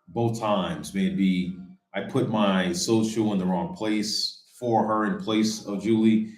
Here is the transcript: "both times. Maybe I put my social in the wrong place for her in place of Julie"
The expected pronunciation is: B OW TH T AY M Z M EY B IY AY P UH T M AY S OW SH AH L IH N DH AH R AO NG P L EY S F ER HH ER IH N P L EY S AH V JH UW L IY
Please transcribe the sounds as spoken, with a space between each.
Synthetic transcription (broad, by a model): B OW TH T AY M Z M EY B IY AY P UH T M AY S OW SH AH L IH N DH AH R AO NG P L EY S F ER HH ER IH N P L EY S AH V JH UW L IY